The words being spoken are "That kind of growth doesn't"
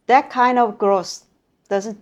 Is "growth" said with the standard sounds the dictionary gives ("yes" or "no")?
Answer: no